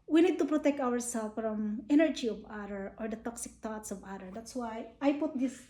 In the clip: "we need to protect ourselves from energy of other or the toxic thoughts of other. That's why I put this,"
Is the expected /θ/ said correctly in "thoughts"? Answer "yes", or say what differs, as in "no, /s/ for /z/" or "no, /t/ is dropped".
no, /t/ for /θ/